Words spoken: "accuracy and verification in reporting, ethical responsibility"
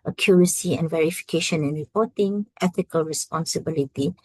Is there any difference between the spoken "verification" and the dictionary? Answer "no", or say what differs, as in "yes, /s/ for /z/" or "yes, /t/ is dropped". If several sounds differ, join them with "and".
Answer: no